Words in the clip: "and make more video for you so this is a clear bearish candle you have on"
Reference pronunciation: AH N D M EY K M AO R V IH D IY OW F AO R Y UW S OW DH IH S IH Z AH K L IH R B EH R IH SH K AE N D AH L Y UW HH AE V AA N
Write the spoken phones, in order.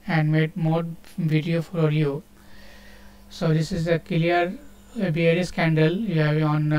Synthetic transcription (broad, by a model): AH N D M EY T M AO R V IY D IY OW F AO R Y UW S OW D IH S IH Z AH K L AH R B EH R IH S K AE N D AH L Y UW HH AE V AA N